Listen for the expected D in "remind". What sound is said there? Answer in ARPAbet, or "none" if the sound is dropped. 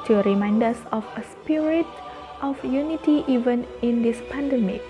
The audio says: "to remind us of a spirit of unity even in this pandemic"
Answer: D